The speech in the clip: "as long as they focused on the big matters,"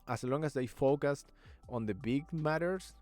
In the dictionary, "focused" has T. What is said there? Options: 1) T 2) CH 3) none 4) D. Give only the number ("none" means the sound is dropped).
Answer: 1